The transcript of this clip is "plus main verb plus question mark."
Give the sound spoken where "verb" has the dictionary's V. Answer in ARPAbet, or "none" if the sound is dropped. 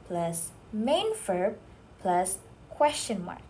F